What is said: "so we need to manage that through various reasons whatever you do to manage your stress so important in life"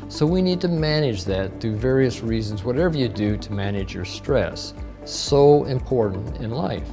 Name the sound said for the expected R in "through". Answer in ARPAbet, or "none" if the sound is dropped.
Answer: none